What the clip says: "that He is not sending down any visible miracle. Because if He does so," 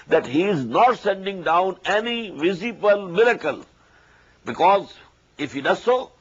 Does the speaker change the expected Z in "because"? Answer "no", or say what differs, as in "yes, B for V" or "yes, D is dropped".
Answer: no